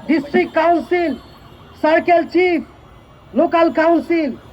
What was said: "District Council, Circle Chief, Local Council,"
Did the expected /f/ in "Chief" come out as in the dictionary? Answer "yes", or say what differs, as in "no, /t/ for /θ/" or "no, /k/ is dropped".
no, /p/ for /f/